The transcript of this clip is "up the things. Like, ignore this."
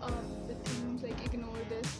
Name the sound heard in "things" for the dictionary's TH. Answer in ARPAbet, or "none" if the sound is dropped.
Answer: S